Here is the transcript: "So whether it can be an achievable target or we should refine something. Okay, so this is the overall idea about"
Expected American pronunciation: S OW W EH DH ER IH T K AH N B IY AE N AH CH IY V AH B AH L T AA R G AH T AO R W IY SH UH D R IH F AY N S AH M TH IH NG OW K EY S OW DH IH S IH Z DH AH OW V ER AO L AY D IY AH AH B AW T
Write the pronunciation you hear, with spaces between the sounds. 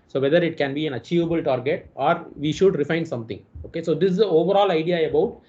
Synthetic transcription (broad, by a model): S OW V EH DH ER IH T K AH N B IY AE N AH CH IY V AH B AH L T AA R G AH T AO R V IY SH UH D R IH F AY N S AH M T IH NG OW K EY S OW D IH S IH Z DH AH OW V ER AO L AY D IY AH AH B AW T